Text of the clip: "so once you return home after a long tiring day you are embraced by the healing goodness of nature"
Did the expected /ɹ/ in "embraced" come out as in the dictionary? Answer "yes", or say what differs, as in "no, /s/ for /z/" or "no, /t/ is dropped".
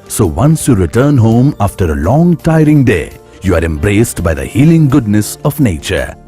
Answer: yes